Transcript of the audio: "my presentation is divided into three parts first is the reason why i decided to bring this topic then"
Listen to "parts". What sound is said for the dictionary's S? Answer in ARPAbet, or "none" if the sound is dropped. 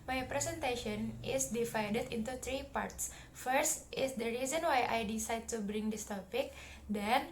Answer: S